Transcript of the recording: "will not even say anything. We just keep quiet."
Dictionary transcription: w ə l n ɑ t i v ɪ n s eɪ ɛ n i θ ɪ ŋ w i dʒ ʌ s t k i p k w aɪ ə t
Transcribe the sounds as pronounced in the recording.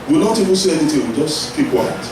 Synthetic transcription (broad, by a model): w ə n ɑ t i v ɪ n s eɪ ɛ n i t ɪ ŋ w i dʒ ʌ s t k i p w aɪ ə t